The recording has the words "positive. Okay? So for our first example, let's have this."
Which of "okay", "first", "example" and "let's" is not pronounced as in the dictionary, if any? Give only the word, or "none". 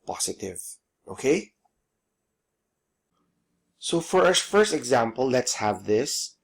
none